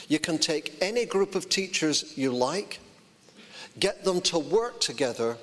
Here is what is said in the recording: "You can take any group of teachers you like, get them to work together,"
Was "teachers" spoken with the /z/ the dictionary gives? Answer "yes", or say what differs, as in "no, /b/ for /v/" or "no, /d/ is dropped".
yes